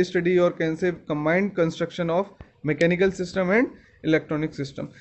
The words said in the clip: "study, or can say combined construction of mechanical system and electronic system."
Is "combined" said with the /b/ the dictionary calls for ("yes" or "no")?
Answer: yes